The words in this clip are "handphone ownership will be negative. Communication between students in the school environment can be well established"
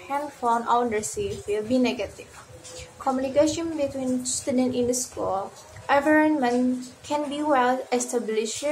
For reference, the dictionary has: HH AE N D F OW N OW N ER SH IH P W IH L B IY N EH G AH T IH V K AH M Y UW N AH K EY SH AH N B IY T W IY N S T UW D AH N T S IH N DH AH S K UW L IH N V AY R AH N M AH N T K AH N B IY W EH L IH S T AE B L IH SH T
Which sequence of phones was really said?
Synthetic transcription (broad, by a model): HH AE N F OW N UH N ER S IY F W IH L B IY N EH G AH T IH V K AH M Y UW N AH K EY SH AH N B IY T W IY N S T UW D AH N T IH N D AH S K UW L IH V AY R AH N M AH N K AH N B IY W EH L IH S T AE B L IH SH